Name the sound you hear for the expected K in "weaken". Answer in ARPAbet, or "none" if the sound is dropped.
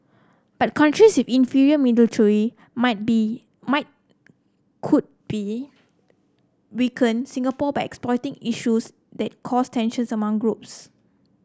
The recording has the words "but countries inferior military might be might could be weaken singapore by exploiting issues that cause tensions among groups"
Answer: K